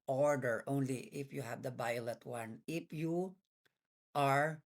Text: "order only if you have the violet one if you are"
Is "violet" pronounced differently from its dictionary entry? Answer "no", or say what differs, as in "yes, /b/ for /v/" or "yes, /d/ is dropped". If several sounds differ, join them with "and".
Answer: yes, /b/ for /v/